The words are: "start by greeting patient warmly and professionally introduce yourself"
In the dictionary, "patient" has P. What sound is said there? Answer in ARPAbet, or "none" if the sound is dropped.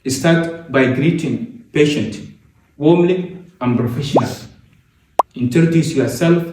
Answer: P